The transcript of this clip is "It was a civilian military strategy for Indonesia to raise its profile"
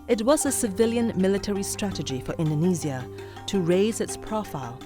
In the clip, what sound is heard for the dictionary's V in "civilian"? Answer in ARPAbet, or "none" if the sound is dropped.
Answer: V